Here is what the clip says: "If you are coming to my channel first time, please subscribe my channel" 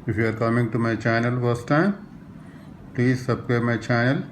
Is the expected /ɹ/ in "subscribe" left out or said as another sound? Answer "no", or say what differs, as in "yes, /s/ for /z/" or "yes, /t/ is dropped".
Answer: yes, /ɹ/ is dropped